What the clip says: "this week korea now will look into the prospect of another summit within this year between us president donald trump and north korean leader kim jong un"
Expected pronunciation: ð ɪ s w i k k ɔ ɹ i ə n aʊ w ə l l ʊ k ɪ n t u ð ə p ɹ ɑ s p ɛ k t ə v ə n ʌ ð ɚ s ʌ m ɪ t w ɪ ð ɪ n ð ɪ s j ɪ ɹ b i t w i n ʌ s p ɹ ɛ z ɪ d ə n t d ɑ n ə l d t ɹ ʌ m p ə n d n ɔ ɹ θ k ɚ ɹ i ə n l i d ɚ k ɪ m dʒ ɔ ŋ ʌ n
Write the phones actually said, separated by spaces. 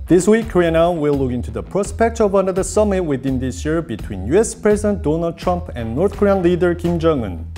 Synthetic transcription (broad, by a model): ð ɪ s w i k k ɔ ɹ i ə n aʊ w ə l l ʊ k ɪ n t u ð ə p ɹ ɑ s p ɛ k t ə v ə n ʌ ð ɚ s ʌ m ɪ t w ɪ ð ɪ n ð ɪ s j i ɹ b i t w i n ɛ s p ɹ ɛ z ɪ d ə n t d ɑ n ə l d t ɹ ʌ m p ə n n ɔ ɹ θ k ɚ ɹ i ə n l i d ɚ k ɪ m dʒ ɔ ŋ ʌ n